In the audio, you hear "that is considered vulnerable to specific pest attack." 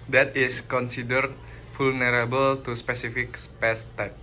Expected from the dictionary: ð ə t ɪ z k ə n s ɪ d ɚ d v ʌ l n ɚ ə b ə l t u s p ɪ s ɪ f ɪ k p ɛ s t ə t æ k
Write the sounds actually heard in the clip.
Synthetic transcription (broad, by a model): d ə t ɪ s k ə n s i d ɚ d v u l n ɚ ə b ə l t u s p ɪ s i f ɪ k p ɛ s t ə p